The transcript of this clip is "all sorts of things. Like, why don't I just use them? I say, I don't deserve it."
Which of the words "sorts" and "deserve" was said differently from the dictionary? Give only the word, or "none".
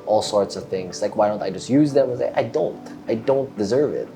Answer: none